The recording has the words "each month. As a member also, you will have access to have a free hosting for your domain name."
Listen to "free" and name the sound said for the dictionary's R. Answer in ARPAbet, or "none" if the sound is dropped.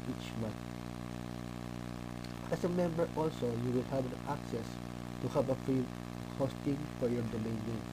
none